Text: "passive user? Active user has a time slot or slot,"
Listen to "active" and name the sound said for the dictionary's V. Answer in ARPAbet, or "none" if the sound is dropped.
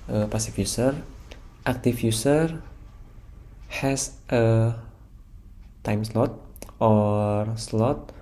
F